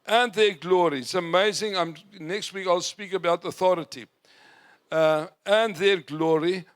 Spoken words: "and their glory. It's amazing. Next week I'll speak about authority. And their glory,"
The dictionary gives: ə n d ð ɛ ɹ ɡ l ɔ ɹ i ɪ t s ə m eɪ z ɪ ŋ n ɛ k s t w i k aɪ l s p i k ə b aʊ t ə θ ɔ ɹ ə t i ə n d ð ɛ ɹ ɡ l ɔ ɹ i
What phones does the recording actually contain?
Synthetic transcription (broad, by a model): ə n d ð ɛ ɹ ɡ l ɔ ɹ i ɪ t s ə m eɪ z ɪ ŋ n ɛ k s t w i k aɪ l s p i k ə b aʊ t ə θ ɔ ɹ ə t i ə n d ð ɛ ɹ ɡ l ɔ ɹ i